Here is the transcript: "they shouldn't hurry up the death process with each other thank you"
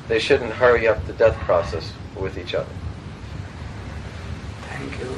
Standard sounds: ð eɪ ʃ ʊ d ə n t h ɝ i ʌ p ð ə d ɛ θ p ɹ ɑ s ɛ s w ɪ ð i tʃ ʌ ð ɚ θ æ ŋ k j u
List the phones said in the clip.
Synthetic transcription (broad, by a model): ð eɪ ʃ ʊ d n t h ɝ i ʌ p ð ə d ɛ θ p ɹ ɑ s ɛ s w ɪ ð i tʃ ʌ ð ɚ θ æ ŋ k j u